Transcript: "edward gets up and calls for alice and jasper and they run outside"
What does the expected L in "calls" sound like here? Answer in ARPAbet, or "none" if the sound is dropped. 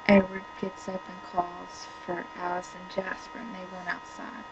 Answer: L